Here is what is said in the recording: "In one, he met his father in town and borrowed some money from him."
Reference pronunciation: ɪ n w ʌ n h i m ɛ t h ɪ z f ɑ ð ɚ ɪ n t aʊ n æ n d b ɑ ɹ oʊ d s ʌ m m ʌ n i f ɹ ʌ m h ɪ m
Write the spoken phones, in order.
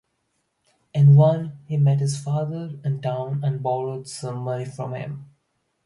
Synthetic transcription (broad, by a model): ɪ n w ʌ n h i m ɛ t h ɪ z f ɑ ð ɚ ɪ n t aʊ n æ n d b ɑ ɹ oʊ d s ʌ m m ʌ l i f ɹ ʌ m h ɪ m